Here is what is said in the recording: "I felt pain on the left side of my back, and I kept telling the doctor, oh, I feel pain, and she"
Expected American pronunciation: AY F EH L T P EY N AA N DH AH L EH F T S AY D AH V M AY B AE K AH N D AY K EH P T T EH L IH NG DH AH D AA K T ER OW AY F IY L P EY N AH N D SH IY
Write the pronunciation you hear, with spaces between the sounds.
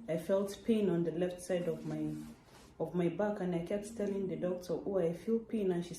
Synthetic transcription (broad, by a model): AY F EH L T P EY N AA N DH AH L EH F T S AY D AH V M AY B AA K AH N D AY K EH P T T EH L IH NG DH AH D AA K T ER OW AY F IY L P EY N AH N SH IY